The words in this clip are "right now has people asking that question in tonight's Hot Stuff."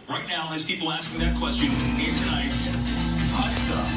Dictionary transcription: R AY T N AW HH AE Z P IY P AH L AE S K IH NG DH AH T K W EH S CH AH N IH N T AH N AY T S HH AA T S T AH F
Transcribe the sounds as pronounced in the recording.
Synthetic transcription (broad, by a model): R AY T N AW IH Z P IY P L AE S K IH NG DH AH T K W EH S CH AH N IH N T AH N AY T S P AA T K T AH